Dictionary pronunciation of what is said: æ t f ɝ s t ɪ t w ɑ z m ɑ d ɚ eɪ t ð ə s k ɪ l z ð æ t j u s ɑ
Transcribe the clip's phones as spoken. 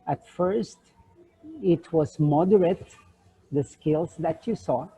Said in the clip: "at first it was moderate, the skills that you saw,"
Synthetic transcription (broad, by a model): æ t f ɝ s t ɪ t w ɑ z m ɑ d ɚ eɪ t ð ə s k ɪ l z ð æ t j u s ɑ